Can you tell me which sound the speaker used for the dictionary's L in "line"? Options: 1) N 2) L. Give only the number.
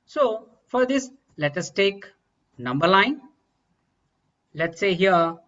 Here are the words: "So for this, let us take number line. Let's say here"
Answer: 1